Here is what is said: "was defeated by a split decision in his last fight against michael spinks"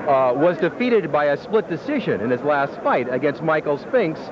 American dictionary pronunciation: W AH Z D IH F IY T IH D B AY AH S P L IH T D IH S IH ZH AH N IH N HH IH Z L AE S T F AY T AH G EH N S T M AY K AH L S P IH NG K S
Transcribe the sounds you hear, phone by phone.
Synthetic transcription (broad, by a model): W AH Z D IH F IY T IH D B AY AH S P L IH T D IH S IH ZH AH N IH N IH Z L AE S T F AY T AH G EH N S T M AY K L S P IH NG K S